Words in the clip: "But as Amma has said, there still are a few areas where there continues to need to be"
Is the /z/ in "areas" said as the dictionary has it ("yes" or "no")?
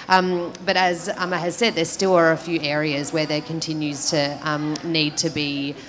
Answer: yes